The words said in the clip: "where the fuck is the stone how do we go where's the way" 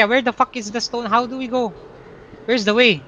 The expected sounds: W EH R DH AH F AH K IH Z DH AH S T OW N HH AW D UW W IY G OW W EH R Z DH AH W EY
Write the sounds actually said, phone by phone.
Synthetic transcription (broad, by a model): W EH R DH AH F AH K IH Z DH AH S T OW N HH AW D UW W IY G OW W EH R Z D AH W EY